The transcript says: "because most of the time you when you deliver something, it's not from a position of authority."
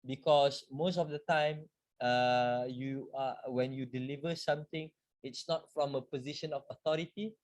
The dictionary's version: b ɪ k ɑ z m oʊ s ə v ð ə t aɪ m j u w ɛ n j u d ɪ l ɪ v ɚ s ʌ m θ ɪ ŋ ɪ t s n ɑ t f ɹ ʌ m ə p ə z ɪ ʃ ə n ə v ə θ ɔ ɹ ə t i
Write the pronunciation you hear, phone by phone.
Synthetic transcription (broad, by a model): b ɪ k ɑ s m oʊ s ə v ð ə t aɪ m j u w ɛ n j u d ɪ l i v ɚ s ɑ m t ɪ ŋ ɪ t s n ɑ t f ɹ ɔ m ə p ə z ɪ ʃ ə n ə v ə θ ɔ ɹ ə t i